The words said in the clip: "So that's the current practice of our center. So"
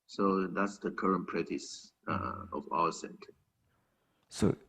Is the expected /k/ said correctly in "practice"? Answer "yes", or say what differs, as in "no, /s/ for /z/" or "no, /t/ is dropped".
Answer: no, /k/ is dropped